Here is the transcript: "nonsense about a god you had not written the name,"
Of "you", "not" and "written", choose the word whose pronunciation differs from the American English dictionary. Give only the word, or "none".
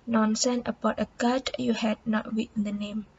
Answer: written